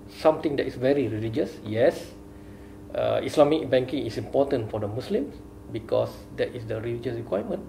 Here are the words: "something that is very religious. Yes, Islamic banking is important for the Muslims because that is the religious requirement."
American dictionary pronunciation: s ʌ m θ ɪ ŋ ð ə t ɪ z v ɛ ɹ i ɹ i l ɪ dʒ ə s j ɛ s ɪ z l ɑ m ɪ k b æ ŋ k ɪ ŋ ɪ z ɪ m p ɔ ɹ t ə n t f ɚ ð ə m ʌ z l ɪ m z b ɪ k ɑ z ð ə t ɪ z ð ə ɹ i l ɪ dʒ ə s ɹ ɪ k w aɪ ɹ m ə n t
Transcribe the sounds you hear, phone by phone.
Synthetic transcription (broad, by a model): s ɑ m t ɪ ŋ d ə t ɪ s v ɛ ɹ i ɹ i l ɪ dʒ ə s j ɛ s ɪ s l ɑ m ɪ k b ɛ ŋ k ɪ ŋ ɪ s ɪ m p ɔ t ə n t f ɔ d ə m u s l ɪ m s b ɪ k ɑ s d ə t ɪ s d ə ɹ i l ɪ dʒ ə s ɹ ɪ k w aɪ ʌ m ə n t